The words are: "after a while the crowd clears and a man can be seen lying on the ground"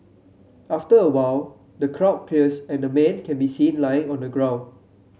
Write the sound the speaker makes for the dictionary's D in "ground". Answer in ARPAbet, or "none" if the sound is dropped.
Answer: none